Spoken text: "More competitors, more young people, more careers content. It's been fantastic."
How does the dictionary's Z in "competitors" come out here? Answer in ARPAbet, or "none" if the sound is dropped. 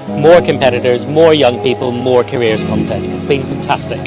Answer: Z